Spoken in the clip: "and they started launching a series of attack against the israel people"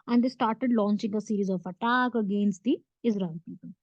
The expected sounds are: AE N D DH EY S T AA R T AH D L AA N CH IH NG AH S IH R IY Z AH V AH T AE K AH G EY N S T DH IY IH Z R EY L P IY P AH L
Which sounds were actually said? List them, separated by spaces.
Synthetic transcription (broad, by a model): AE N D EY S T AA R T AH D L AA N CH IH NG AH S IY R IY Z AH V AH T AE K AH G EY N S T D IY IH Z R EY N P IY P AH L